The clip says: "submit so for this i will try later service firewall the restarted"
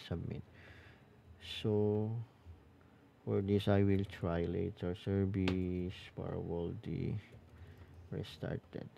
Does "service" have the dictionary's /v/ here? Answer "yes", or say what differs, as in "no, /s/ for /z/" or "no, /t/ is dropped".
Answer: no, /b/ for /v/